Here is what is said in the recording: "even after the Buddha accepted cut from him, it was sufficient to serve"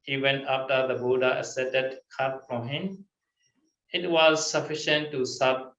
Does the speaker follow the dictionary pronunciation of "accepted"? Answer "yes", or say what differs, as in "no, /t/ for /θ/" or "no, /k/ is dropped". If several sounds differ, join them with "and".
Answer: no, /k/ is dropped and /p/ is dropped